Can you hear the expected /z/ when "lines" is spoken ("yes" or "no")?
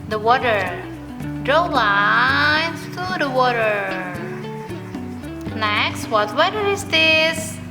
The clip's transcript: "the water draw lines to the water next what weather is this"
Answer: no